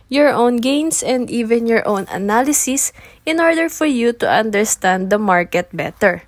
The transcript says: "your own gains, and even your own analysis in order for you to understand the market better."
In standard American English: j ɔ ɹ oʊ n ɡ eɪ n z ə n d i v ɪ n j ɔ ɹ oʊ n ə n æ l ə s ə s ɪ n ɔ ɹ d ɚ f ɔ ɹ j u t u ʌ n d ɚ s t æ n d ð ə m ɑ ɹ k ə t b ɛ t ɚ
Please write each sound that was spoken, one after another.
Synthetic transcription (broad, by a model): j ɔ ɹ oʊ n ɡ eɪ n s ə n d i v ɪ n j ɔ ɹ oʊ n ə n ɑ l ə s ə s ɪ n ɔ ɹ d ɚ f ɔ ɹ j u t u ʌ n d ɚ s t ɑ n d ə m ɑ ɹ k ə t b ɛ t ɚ